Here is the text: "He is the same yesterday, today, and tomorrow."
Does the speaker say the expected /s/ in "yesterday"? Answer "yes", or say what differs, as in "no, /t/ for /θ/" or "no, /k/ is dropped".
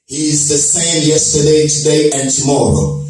yes